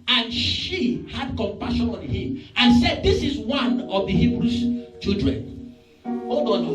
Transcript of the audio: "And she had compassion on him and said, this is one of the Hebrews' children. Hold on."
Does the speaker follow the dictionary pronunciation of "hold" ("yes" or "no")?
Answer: no